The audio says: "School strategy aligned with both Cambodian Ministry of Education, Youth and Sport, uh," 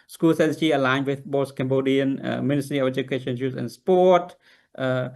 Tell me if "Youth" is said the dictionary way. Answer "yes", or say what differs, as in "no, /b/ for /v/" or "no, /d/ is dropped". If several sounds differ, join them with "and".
no, /s/ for /θ/